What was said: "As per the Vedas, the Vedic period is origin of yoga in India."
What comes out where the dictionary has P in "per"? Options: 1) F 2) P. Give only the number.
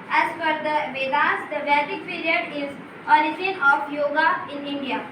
1